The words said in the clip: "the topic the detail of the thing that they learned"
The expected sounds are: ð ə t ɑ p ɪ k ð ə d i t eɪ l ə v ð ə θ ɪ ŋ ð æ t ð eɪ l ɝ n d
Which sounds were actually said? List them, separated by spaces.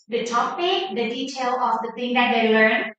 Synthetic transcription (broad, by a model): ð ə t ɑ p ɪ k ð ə d i t eɪ l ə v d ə t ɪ ŋ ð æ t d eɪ l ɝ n